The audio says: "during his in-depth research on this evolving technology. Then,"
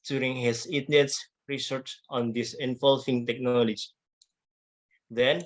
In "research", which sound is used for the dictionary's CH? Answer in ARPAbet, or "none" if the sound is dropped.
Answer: S